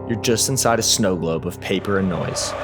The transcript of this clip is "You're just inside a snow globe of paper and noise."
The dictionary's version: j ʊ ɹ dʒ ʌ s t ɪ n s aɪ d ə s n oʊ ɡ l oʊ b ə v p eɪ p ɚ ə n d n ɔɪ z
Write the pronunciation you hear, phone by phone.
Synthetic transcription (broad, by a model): j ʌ ɹ dʒ ʌ s t ɪ n s aɪ d ə s n oʊ ɡ l oʊ b ə v p eɪ p ɚ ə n n ɔɪ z